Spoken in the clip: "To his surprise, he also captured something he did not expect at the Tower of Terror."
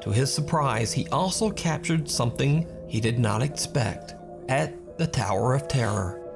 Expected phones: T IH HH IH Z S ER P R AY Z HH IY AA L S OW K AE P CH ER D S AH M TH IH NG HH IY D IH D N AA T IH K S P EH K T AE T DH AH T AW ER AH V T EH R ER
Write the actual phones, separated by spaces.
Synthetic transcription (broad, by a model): T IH IH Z S ER P R AY Z HH IY AA L S OW K AE P CH ER D S AH M TH IH NG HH IY D IH D N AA T IH K S P EH K T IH T DH AH T AW ER AH V T EH R ER